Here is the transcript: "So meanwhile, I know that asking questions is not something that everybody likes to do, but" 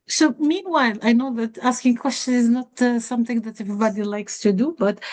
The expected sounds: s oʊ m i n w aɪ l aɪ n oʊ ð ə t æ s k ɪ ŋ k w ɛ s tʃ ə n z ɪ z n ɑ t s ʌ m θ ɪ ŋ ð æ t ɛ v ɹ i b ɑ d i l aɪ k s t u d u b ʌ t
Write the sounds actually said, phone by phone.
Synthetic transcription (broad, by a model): s oʊ m i n w aɪ l aɪ n oʊ ð ə t æ s k ɪ ŋ k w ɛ s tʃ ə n ɪ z n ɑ t s ʌ m θ ɪ ŋ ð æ t ɛ v ɹ i b ɑ d i l aɪ k s t u d u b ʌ t